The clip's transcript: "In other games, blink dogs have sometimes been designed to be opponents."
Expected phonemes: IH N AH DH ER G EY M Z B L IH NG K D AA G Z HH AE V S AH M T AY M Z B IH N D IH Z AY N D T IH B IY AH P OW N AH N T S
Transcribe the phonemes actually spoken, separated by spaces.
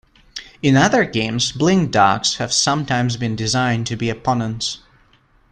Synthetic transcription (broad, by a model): IH N AH DH ER G EY M Z B L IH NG D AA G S HH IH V S AH M T AY M Z B IH N D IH Z AY N T IH B IY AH P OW N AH N T S